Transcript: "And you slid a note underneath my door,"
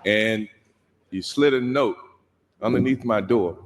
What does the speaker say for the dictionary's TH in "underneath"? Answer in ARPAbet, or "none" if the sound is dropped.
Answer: TH